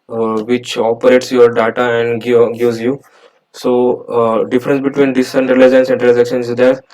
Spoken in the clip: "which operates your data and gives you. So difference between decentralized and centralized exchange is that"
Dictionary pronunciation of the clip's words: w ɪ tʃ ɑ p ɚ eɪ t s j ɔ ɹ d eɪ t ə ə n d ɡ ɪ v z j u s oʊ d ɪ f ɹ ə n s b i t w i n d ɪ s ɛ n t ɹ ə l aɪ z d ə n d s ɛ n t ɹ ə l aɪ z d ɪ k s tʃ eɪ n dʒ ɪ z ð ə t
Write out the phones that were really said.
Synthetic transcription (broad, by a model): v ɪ tʃ ɑ p ɚ eɪ t s j ɔ ɹ d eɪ t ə ə n d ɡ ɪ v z j u s oʊ d ɪ f ɹ ə n s b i t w i n d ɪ s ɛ n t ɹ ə l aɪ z ə n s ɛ n t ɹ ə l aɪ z ɪ k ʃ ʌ n ɪ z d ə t